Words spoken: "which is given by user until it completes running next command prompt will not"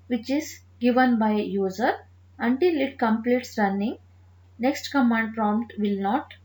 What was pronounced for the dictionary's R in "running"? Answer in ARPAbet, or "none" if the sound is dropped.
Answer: R